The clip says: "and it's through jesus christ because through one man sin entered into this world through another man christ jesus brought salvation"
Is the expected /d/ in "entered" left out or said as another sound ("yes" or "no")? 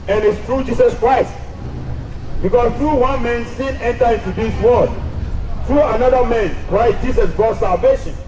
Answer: yes